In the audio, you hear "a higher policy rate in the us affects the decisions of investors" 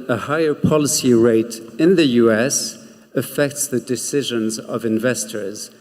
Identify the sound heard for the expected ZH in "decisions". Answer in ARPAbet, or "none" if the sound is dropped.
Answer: ZH